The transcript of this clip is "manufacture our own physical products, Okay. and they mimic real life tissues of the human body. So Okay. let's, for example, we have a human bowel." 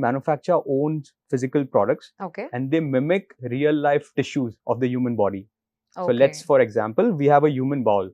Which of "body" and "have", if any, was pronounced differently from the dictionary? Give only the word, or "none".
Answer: none